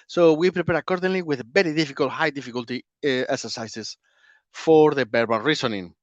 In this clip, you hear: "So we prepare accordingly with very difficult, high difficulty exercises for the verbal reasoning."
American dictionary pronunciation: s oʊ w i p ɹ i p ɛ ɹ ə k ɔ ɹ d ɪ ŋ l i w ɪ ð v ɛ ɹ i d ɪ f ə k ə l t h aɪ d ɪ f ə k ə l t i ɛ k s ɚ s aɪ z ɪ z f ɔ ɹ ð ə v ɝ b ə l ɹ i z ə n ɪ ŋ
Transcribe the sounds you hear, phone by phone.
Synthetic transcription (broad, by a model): s oʊ w i p ɹ i p ɛ ɹ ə k ɔ ɹ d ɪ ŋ l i w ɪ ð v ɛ ɹ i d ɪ f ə k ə l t h aɪ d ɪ f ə k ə l t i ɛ k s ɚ s aɪ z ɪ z f ɔ ɹ ð ə b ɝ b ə n ɹ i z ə n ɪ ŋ